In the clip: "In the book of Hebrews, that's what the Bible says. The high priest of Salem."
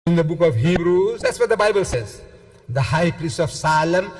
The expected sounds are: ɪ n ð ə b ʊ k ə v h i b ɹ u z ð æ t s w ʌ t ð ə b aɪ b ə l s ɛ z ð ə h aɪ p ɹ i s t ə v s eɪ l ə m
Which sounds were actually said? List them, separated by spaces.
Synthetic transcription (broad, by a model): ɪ n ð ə b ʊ k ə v h i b ɹ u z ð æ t s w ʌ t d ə b aɪ b ə l s ɛ z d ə h aɪ p ɹ i s t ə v s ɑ l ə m